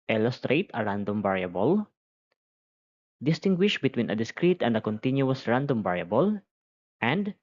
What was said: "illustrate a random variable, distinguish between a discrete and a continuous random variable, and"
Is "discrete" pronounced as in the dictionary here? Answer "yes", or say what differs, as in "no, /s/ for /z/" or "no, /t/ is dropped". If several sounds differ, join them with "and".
yes